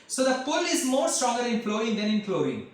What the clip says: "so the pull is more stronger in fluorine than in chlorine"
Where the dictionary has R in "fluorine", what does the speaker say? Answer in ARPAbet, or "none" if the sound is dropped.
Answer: none